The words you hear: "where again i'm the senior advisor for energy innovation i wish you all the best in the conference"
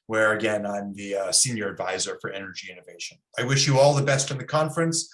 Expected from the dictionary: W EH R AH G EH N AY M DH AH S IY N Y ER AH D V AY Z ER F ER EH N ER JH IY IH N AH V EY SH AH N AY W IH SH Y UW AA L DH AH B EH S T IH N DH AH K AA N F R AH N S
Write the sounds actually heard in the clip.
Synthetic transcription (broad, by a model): W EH R AH G EH N AY M DH AH S IY N Y ER AH D V AY Z ER F ER EH N ER JH IY IH N AH V EY SH AH N AY W IH SH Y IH AA L DH AH B EH S T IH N DH AH K AA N F R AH N S